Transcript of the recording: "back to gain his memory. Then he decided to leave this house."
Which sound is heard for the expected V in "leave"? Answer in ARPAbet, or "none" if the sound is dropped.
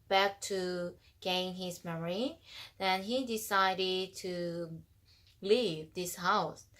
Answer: V